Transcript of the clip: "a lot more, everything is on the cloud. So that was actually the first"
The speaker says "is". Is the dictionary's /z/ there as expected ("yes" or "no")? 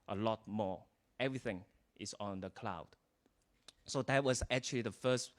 no